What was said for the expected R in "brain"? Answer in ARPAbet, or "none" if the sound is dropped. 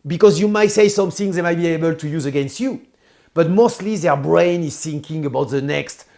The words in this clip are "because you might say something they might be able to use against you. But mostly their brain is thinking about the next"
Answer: R